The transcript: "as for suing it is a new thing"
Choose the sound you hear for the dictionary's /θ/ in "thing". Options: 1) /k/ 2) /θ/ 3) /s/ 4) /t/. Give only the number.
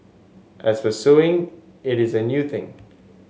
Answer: 2